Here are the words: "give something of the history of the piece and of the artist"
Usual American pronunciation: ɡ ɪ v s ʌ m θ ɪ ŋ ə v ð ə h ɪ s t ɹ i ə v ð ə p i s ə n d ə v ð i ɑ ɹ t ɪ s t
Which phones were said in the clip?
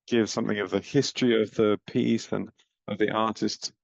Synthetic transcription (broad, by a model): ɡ ɪ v s ʌ m θ ɪ ŋ ə v ð ə h ɪ s t ɹ i ə v ð ə p i s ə n ə v ð i ɑ t ɪ s t